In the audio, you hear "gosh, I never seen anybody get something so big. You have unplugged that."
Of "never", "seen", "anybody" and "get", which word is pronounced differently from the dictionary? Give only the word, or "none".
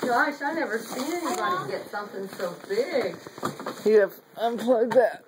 seen